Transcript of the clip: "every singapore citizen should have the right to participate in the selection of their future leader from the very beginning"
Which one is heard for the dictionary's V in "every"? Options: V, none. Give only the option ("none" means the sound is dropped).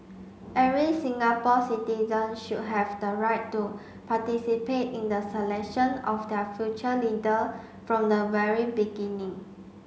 none